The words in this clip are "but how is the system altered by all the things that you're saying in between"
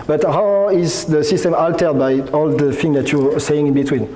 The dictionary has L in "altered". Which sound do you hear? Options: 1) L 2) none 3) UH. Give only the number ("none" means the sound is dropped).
1